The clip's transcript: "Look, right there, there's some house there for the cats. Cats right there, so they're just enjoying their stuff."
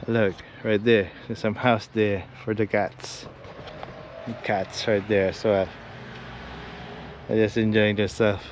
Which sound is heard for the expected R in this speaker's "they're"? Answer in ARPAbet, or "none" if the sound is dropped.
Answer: L